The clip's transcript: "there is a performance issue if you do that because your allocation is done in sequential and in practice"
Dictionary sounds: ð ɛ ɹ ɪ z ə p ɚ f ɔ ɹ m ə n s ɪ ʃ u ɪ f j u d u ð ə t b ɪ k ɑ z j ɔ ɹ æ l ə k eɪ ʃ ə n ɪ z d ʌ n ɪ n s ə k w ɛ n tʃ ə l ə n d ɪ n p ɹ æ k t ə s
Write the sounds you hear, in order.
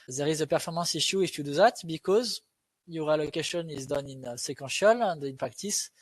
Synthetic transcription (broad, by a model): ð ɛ ɹ ɪ z ə p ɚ f ɔ ɹ m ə s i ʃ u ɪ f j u d u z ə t b ɪ k ɑ z j ɔ ɹ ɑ l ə k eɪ ʃ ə n ɪ z d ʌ n ɪ n s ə k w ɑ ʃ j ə l ə n d ɪ n p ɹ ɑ k t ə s